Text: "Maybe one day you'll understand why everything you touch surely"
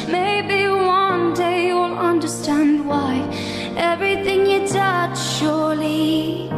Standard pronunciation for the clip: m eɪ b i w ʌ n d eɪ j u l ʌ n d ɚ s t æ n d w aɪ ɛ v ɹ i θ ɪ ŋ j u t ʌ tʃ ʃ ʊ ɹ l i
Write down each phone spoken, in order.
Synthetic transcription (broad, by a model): m eɪ b i w ʌ n d eɪ j u l ʌ n d ɚ s t æ n d w aɪ ɛ v ɹ i θ ɪ ŋ j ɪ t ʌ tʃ ʃ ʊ ɹ l i